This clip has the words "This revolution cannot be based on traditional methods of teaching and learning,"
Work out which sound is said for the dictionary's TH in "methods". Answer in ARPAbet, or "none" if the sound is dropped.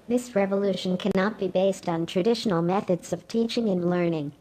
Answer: TH